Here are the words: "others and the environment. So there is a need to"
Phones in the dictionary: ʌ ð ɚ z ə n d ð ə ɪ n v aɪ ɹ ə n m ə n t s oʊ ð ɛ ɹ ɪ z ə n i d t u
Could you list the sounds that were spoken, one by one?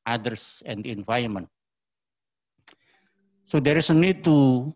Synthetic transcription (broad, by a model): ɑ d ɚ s ə n d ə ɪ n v aɪ ə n m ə n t s oʊ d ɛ ɹ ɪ s ə n i d t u